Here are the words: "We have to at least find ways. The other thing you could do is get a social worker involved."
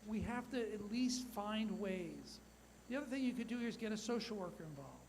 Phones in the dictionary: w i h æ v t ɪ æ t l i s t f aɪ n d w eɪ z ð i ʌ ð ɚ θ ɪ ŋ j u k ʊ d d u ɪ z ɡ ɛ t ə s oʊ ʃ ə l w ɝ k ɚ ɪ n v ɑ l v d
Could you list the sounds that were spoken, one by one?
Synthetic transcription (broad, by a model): w i h æ f t ɪ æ t l i s t f aɪ n d w eɪ z ð i ʌ ð ɚ θ ɪ ŋ j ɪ k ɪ d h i ɪ z ɡ ɛ t ə s oʊ ʃ l w ɝ k ɚ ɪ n v ɑ l v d